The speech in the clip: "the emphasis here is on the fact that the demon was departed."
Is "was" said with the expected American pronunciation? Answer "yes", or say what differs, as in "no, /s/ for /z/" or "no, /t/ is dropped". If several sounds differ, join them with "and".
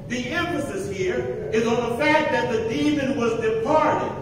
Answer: yes